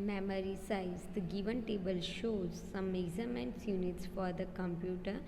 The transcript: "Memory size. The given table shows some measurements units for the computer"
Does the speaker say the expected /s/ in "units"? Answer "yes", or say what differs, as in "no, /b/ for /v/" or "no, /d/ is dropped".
yes